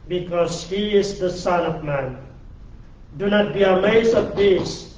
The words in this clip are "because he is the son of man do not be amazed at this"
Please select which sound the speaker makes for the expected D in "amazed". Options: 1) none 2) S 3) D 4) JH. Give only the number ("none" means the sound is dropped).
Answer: 1